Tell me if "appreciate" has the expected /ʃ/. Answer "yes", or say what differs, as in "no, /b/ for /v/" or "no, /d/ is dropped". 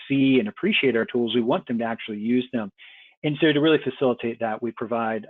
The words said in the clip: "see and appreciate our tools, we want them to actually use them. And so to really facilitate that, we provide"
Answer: yes